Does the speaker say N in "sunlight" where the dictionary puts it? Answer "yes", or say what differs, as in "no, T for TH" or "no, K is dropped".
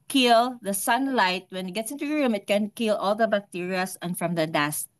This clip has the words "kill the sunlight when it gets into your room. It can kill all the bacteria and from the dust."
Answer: yes